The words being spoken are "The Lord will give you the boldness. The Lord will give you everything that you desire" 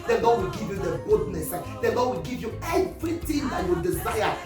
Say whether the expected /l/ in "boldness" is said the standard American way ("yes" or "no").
no